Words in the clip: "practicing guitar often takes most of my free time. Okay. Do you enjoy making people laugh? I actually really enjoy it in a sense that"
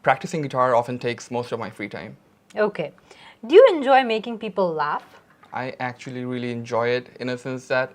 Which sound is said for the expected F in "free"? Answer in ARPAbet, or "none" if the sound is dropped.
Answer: F